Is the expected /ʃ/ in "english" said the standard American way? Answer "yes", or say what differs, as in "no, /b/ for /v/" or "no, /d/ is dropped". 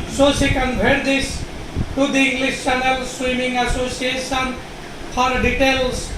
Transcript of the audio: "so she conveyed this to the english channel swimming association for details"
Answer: no, /s/ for /ʃ/